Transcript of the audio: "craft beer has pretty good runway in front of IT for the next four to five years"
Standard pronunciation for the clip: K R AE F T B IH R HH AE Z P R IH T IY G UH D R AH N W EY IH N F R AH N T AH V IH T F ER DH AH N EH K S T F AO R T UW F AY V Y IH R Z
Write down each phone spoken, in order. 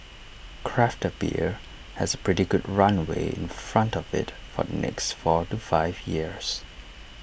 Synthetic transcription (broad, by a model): K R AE F T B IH R HH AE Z P R IH T IY G UH D R AH N W EY IH N F R AH N T AH V IH T F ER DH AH N EH K S T F AO R T UW F AY V Y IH R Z